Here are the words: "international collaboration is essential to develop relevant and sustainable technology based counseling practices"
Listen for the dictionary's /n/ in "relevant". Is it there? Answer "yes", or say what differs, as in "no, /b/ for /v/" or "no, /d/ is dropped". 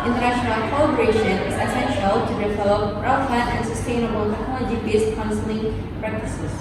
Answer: no, /n/ is dropped